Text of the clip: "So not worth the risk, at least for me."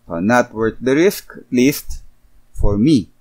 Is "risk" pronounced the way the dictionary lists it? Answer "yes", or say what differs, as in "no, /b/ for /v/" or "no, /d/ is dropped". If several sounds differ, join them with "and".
yes